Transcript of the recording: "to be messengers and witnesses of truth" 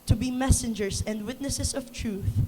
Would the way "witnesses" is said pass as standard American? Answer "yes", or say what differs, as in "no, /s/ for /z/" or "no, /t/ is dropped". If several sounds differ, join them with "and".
no, /s/ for /z/